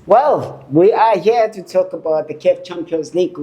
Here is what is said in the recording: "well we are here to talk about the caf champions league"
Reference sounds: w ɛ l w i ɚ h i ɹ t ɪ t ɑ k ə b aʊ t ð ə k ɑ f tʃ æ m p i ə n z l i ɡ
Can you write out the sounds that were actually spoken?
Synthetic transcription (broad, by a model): w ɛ l w i ɚ h i ɹ t ɪ t ɑ k ə b aʊ t ð ə k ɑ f tʃ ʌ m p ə z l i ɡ